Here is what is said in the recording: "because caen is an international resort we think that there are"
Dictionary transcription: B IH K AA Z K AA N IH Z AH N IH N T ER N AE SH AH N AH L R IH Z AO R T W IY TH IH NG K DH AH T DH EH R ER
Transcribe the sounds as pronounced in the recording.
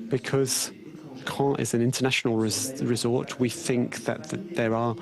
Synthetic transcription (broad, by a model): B IH K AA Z K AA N IH Z AH N IH N T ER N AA SH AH N AH L R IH Z AO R T W IY TH IH NG K DH AH T DH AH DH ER